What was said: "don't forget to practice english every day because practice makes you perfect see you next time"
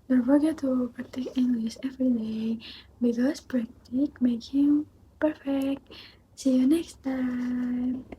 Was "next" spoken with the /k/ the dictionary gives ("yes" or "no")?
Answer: yes